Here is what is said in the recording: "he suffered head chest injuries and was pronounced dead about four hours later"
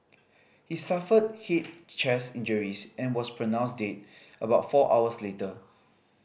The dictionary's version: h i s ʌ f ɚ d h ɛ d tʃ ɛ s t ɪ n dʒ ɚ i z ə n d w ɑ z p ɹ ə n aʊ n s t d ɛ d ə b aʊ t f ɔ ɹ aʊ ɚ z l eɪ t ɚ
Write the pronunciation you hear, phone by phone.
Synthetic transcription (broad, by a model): h i s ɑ f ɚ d h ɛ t tʃ ɛ s ɪ n dʒ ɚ i s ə n w ɑ s p ɹ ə n aʊ n s d ɛ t ə b aʊ t f ɔ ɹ aʊ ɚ s l eɪ t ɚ